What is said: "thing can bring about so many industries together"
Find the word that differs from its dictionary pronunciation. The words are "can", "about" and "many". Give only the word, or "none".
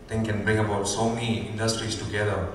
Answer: many